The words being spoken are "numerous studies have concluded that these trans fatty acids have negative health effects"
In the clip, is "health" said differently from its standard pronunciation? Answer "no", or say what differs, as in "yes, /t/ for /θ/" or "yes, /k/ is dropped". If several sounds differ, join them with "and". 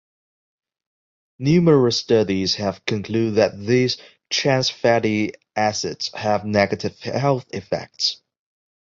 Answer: no